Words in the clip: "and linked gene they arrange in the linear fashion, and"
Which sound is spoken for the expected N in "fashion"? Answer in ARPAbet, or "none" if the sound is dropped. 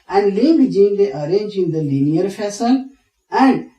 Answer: L